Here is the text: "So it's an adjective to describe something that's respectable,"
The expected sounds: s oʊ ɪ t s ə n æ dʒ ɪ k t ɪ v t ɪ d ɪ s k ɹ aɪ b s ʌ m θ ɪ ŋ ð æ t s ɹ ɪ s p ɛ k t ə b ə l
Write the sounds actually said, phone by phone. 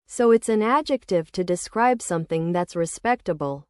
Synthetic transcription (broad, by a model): s oʊ ɪ t s ə n æ dʒ ɪ k t ɪ v t ɪ d ɪ s k ɹ aɪ b s ʌ m θ ɪ ŋ ð æ t s ɹ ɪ s p ɛ k t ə b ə l